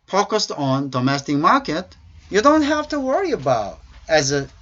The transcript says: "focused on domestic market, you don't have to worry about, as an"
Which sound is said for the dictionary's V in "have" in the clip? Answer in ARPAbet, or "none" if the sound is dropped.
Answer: F